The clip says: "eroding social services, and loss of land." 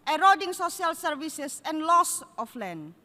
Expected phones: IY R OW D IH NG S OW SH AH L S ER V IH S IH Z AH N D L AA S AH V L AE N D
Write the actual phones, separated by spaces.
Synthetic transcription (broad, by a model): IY R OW D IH NG S OW S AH L S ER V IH S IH S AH N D L AA S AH F L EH N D